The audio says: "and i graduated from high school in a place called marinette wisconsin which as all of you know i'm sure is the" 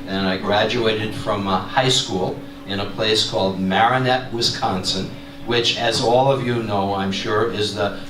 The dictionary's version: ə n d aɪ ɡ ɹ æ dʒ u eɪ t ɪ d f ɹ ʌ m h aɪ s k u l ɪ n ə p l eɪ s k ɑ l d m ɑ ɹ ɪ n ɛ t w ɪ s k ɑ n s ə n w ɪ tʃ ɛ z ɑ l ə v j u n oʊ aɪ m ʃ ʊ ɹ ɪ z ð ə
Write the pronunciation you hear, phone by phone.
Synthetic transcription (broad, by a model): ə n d aɪ ɡ ɹ æ dʒ u eɪ t ɪ d f ɹ ʌ m h aɪ s k u l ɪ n ə p l eɪ s k ɑ l d m ɑ ɹ ɪ n ɛ t w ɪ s k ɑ n s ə n w ɪ tʃ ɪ z ɑ l ə v j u n oʊ aɪ m ʃ ʊ ɹ ɪ z ð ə